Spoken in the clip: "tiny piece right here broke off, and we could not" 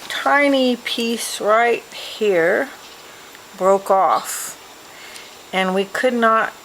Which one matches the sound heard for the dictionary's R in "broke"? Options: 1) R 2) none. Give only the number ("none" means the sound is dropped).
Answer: 1